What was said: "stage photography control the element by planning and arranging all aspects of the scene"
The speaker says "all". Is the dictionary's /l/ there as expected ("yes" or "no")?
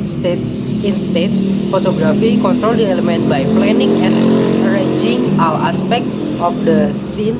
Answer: no